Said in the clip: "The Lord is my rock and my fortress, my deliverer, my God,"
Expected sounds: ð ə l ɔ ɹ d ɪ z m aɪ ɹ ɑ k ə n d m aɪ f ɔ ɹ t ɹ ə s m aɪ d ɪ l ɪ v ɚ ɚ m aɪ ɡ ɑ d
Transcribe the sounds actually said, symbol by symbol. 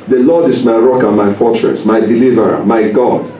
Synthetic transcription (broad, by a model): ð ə l ɔ d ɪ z m aɪ ɹ ɑ k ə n m aɪ f ɔ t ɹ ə s m aɪ d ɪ l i v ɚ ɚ m aɪ ɡ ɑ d